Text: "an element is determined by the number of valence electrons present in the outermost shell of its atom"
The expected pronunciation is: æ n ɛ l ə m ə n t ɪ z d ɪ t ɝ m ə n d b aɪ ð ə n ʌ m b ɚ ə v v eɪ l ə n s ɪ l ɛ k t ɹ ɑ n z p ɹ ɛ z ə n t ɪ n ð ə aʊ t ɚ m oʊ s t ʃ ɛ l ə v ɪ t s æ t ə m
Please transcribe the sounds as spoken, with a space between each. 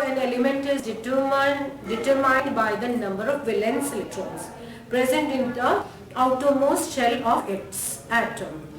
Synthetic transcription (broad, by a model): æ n ɛ l ə m ə n t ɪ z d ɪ t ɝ m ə n d b aɪ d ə n ʌ m b ɚ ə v v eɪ l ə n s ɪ l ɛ t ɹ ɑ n s p ɹ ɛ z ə n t ɪ n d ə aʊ t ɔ m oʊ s ʃ ɛ l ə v ɪ t s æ t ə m